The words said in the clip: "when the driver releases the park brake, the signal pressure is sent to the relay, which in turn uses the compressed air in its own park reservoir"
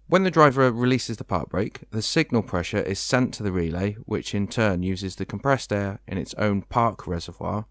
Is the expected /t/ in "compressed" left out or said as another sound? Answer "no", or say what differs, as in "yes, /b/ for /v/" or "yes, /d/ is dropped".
no